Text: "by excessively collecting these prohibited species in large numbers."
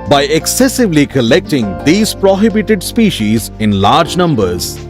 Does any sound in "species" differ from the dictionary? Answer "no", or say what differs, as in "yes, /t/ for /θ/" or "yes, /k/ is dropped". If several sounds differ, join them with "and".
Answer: no